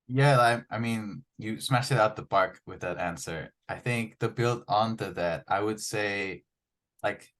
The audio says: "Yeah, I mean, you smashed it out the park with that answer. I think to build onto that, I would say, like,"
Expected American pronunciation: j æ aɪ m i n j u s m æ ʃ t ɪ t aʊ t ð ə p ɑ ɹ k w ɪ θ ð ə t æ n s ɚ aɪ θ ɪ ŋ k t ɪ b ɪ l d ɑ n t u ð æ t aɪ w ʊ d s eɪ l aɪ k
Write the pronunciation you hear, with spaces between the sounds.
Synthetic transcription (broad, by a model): j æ aɪ m i n j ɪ s m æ ʃ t ɪ t aʊ t ð ə b ɑ ɹ k w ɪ ð ə t æ n s ɚ aɪ θ ɪ ŋ k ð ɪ b ɪ l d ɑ n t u ð æ t aɪ w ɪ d s eɪ l aɪ k